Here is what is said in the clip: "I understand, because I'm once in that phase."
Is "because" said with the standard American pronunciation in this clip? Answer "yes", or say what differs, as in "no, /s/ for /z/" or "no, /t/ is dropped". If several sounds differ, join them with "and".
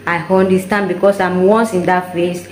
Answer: no, /s/ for /z/